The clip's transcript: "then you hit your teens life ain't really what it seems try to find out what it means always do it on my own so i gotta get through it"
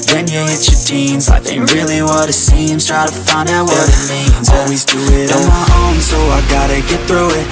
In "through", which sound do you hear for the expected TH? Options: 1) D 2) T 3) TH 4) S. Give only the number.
3